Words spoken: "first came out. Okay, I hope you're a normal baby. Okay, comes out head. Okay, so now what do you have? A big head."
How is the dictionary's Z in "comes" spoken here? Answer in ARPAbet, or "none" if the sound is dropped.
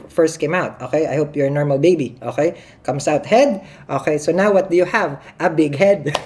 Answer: S